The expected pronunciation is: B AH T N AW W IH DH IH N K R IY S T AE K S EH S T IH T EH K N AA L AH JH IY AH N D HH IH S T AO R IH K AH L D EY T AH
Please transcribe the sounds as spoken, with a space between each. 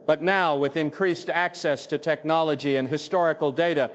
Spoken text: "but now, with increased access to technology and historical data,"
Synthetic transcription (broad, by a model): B AH T N AW W IH DH IH N K R IY S T AE K S EH S T IH T EH K N AA L AH JH IY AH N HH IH S T AO R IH K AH L D EY T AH